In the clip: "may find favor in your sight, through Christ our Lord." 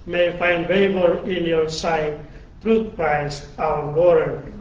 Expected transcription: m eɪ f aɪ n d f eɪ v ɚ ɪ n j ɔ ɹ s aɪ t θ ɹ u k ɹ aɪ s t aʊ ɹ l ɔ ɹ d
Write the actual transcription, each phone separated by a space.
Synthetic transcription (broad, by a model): m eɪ f aɪ n d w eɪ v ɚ ɪ n j ɔ ɹ s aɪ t t ɹ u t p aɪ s aʊ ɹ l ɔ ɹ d